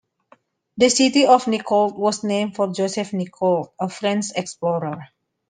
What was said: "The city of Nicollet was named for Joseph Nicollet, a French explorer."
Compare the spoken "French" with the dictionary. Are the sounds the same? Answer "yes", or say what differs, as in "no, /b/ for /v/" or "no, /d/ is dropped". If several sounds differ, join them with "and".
no, /s/ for /tʃ/